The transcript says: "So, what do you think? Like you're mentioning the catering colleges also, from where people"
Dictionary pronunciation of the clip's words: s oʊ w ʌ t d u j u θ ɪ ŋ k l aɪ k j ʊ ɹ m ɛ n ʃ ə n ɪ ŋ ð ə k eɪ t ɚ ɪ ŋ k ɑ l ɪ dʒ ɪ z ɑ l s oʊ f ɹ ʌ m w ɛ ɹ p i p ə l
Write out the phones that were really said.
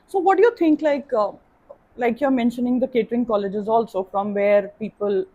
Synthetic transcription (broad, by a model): s oʊ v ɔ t d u j u t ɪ ŋ k l aɪ k j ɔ ɹ m ɛ n ʃ ə n ɪ ŋ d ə k eɪ t ɚ ɪ ŋ k ɑ l ɪ dʒ ɪ z ɑ l s oʊ f ɹ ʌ m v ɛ ɹ p i p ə l